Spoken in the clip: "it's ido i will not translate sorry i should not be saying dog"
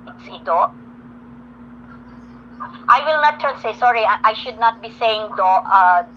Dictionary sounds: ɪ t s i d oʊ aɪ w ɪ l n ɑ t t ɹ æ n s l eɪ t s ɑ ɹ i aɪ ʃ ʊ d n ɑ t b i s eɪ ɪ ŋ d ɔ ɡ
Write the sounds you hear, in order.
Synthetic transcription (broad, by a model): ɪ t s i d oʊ aɪ w ɪ l n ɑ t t æ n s eɪ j s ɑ ɹ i aɪ ʃ ʊ d n ɑ t b i s eɪ ɪ ŋ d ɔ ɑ